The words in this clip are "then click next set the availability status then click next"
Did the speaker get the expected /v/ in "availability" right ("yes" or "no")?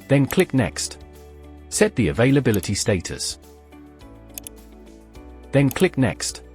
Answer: yes